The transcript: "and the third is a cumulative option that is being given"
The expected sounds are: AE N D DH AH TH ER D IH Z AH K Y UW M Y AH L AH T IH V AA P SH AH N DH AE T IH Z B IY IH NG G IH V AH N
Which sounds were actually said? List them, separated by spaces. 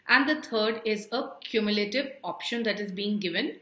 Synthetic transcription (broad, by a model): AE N D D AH T ER D IH Z AH K Y UW M Y AH L AH T IH V AA P SH AH N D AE T IH Z B IY IH NG G IH V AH N